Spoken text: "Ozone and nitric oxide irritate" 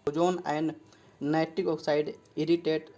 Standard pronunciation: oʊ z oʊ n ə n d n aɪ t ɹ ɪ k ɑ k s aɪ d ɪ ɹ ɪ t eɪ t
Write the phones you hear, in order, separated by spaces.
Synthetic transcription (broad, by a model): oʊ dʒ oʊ n ə n d n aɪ t ɪ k ɑ k s aɪ d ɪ ɹ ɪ t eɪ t